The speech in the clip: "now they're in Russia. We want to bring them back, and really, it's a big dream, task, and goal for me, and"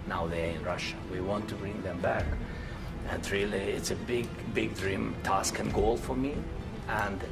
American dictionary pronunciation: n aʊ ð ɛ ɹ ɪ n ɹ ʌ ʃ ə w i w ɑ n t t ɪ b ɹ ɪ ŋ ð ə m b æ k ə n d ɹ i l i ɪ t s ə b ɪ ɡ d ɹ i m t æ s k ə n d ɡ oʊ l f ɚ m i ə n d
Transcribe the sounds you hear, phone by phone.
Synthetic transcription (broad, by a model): n aʊ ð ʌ ɹ ɪ n ɹ ʌ ʃ ə w i w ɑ n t t ɪ b ɹ ɪ ŋ ð ə m b æ k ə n ɹ i l i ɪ t s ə b ɪ ɡ d ɹ i m t æ s k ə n ɡ oʊ l f ɚ m i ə n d